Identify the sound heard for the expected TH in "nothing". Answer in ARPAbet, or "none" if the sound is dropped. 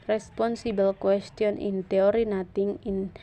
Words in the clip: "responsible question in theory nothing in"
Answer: T